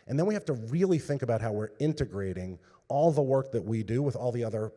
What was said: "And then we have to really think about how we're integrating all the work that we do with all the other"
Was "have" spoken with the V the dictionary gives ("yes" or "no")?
no